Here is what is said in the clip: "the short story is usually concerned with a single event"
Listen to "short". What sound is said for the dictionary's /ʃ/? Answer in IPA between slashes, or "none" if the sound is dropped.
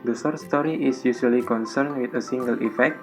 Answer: /s/